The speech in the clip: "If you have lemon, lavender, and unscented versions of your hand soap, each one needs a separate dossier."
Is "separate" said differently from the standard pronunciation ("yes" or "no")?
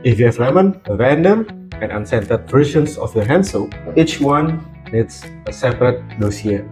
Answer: no